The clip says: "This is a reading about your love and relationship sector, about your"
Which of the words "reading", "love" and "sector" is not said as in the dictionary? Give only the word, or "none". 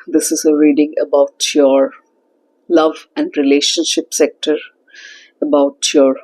none